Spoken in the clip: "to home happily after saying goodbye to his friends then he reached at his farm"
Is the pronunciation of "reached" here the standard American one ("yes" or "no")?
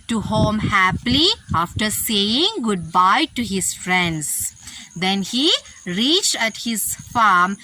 yes